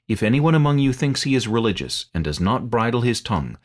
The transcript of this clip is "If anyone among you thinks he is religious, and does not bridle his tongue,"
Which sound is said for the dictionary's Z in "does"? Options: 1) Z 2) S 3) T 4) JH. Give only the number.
1